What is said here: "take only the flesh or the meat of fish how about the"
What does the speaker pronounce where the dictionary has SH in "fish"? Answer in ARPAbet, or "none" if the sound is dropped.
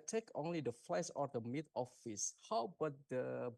S